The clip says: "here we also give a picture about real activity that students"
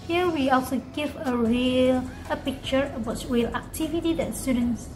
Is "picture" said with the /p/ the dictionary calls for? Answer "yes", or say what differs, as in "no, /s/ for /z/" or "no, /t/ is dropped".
yes